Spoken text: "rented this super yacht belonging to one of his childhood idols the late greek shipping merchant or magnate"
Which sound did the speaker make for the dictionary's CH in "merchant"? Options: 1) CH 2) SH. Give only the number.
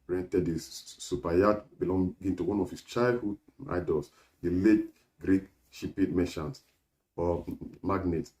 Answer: 2